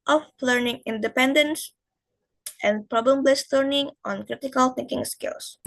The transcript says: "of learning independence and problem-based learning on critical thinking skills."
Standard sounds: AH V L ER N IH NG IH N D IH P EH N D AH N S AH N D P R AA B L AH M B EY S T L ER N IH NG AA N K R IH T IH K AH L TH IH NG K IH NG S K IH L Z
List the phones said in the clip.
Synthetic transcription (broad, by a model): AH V L ER N IH NG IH N D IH P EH N D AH N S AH N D P R AA B L AH M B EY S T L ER N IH NG AA N K R IH T IH K AH L TH IH NG K IH NG S K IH L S